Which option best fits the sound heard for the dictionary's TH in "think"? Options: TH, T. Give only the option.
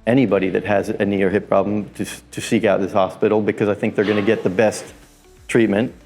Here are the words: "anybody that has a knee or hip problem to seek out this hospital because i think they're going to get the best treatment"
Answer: TH